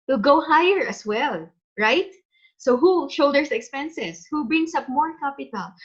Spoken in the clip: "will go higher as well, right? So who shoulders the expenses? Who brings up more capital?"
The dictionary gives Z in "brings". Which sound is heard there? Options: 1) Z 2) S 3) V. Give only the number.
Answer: 2